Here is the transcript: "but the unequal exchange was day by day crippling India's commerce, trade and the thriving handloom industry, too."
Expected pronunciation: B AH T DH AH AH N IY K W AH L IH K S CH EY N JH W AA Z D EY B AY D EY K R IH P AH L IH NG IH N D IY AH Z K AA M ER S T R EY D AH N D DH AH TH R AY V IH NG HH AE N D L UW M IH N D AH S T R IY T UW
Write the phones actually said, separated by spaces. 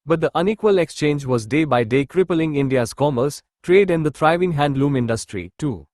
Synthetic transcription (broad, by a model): B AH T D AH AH N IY K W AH L IH K S CH EY N JH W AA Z D EY B AY D EY K R IH P AH L IH NG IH N D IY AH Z K AA M ER S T R EY D AH N D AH T R AY V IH NG HH AE N D L UW M IH N D AH S T R IY T UW